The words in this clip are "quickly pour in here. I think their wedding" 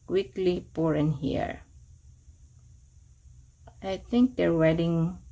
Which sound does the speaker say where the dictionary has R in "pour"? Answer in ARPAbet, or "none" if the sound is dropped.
R